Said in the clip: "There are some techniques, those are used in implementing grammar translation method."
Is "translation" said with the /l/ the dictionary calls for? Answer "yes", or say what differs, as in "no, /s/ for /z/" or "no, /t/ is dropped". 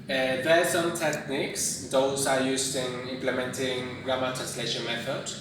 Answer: yes